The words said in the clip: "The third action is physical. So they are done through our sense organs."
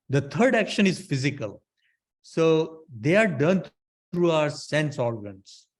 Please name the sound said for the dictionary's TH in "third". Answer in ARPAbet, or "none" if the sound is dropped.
T